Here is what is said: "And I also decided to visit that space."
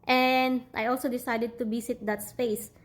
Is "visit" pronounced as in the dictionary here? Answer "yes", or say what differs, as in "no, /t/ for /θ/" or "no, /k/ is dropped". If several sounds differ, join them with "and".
no, /b/ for /v/